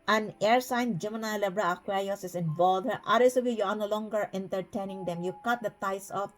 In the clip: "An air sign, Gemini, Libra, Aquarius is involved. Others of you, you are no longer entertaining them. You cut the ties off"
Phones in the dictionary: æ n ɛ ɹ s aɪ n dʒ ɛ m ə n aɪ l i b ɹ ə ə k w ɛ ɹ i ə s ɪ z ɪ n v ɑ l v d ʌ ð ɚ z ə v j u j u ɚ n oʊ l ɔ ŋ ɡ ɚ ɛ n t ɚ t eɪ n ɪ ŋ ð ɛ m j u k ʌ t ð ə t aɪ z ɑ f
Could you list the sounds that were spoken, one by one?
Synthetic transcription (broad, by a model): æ n ɛ ɹ s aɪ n dʒ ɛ m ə n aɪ l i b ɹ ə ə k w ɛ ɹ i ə s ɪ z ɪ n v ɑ l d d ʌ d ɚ s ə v j u j u n oʊ l ɔ ŋ ɡ ɚ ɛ n t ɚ t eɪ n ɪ ŋ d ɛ m j u k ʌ t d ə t aɪ s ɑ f